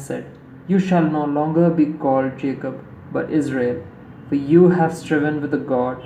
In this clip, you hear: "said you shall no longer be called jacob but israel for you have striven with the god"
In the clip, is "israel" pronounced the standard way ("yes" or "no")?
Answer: yes